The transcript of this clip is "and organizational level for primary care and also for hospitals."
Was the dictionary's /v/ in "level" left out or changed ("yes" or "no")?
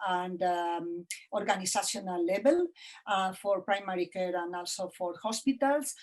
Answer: yes